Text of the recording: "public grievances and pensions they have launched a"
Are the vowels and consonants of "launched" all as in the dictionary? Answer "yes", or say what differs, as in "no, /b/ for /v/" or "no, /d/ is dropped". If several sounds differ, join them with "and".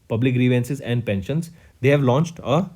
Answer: yes